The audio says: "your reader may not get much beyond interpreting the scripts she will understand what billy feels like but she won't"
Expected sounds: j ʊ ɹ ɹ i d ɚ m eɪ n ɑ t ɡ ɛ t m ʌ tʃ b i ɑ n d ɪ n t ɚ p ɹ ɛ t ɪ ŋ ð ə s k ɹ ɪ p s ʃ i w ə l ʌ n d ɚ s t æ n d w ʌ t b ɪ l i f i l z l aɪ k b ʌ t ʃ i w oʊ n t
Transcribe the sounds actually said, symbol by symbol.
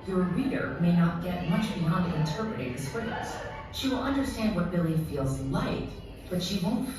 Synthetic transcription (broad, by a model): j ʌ ɹ ɹ i d ɚ m eɪ n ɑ t ɡ ɛ t m ʌ tʃ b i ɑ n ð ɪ n t ɚ p ɹ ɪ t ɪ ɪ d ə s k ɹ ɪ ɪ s ʃ i w ə l ʌ n d ɚ s t æ n d w ʌ t b ɪ l i f i l z l aɪ k b ʌ t ʃ i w oʊ n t